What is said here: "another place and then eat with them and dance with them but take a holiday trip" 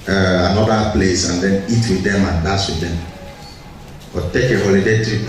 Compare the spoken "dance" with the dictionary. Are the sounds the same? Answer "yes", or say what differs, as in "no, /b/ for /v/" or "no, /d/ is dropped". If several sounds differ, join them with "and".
no, /n/ is dropped